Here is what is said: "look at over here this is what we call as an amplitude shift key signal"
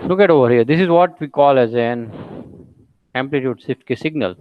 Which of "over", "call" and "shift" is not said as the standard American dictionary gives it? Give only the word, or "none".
shift